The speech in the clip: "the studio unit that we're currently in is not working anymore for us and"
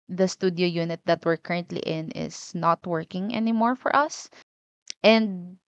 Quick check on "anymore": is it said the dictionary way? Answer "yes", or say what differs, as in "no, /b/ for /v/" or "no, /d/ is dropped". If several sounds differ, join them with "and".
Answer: yes